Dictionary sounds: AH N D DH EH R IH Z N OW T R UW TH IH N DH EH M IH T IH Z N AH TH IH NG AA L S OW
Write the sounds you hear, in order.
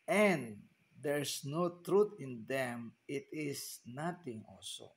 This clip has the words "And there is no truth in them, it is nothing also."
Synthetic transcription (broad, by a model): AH N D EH R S N OW T R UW T IH N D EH M IH T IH S N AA T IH NG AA L S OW